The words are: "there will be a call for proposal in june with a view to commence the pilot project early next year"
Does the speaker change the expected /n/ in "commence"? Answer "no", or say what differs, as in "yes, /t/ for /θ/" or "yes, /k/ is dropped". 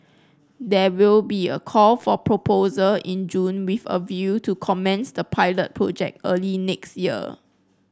no